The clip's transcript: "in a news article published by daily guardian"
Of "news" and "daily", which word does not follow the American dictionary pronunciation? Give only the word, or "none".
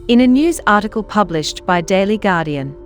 none